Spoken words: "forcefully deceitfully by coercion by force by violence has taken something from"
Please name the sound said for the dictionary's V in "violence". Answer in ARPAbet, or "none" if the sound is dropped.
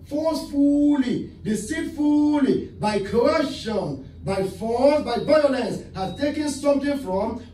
B